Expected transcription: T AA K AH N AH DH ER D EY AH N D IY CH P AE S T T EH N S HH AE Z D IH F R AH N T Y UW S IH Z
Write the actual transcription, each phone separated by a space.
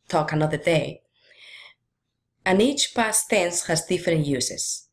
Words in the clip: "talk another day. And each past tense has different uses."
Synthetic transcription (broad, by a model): T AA K AH N AH DH ER D EY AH N IY CH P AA S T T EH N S HH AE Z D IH F R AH N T Y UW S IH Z